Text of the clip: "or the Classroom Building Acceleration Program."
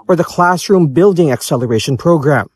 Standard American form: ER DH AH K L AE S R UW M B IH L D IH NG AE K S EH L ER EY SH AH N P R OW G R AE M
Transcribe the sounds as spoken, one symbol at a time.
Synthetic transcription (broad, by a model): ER DH AH K L AE S R UW M B IH L D IH NG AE K S EH L ER EY SH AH N P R OW G R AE M